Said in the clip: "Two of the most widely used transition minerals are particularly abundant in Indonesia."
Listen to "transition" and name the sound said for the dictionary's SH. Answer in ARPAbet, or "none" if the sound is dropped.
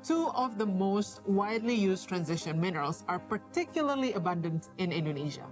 SH